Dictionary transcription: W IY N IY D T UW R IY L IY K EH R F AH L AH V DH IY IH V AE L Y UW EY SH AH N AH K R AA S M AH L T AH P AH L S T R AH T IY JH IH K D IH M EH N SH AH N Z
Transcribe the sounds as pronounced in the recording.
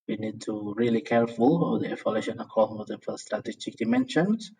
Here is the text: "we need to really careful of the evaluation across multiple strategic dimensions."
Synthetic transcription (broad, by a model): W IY N IY D T UW R IY L IY K EH R F AH L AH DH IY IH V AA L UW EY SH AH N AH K AA M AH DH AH F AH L S T R AH T IY JH IH K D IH M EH N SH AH N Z